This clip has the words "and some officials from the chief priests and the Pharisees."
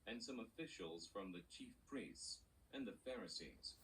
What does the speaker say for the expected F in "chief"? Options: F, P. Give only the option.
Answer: F